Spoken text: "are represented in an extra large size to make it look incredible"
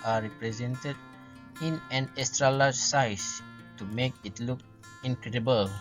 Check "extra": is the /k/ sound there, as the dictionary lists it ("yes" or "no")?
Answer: no